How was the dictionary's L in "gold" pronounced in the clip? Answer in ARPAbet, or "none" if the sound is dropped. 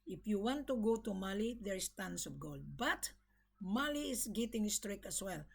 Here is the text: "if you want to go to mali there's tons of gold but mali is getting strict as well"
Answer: L